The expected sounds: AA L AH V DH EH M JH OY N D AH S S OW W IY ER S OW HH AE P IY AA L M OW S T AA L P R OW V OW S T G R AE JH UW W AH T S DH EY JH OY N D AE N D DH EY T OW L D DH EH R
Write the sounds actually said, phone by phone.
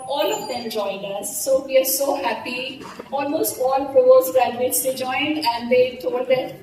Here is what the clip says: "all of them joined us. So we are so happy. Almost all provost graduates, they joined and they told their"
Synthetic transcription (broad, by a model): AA L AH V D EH M JH OY N D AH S S OW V IY ER S OW HH AE P IY AA L M OW S T AA L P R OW OW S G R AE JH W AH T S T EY JH OY N D AE N D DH EY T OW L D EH